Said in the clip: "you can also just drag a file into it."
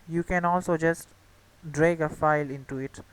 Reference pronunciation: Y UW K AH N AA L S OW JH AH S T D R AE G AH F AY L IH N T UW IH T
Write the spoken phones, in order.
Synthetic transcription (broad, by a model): Y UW K AH N AA L S OW JH AH S T D R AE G AH F AY L IH N T UW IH T